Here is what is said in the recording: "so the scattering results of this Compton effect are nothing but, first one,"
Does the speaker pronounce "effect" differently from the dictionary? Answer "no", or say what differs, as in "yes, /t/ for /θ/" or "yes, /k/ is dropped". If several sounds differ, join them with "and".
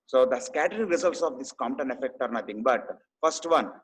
no